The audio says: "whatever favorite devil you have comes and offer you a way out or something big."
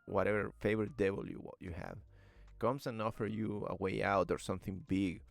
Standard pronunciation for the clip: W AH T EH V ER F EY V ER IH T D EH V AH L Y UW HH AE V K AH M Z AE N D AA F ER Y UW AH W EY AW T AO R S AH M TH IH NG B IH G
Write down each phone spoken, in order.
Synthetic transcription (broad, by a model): W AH T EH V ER F EY V ER IH T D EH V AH L Y UW HH AE V K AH M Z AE N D AA F ER Y UW AH W EY AW T AO R S AH M TH IH NG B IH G